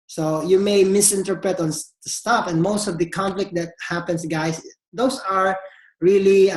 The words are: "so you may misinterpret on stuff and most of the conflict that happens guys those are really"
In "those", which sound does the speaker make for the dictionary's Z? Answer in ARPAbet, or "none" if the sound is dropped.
S